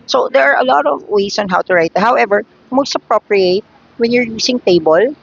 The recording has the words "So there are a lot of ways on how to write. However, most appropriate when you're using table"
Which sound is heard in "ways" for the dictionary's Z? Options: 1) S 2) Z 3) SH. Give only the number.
1